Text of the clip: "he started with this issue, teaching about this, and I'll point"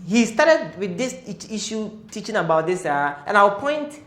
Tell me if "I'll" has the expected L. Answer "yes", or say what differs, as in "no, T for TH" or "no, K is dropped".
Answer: no, W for L